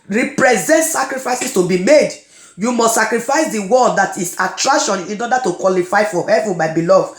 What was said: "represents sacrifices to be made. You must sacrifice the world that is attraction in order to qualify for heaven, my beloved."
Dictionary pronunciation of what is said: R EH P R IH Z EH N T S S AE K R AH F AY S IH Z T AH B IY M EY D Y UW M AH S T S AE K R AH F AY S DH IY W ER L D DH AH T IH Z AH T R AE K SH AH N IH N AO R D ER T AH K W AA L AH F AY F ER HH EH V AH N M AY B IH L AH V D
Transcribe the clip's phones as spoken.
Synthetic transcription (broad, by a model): R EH P R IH Z EH N T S S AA K R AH F AY S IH S T AH B IY M EY D Y UW M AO S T S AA K R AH F AY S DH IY W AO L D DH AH T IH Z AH T R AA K SH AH N IH N AO D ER T AH K W AA L AH F AY F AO HH EH V AH N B AY B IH L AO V